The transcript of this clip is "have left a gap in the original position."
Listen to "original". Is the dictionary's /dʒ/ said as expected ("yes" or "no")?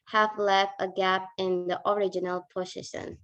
yes